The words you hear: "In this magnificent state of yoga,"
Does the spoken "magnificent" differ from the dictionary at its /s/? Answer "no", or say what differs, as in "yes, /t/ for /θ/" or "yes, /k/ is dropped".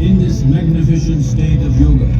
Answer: yes, /ʃ/ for /s/